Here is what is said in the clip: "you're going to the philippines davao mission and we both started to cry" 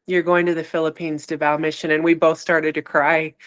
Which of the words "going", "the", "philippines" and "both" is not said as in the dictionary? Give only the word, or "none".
none